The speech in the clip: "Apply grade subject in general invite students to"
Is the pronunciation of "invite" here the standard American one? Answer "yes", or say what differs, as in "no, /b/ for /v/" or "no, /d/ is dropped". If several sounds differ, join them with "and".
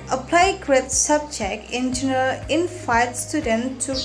no, /f/ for /v/